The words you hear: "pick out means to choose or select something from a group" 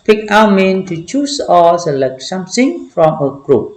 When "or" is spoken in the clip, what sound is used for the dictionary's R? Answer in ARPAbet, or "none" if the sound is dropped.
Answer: L